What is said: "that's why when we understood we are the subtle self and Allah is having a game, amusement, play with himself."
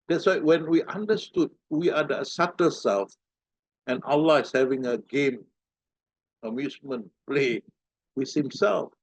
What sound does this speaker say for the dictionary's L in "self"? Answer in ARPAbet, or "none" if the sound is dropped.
L